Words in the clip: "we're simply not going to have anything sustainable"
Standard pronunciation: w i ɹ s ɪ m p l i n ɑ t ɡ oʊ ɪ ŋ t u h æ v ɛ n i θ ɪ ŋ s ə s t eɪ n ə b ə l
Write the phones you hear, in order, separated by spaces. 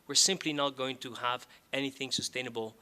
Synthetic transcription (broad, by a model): w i ɹ s ɪ m p l i n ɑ t ɡ oʊ ɪ ŋ t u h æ v ɛ n i θ ɪ ŋ s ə s t eɪ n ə b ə l